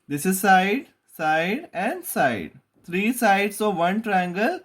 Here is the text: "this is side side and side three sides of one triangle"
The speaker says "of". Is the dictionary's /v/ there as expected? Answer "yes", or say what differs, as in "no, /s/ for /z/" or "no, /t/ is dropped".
yes